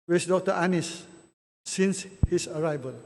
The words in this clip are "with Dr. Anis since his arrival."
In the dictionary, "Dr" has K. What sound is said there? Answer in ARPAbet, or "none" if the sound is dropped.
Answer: K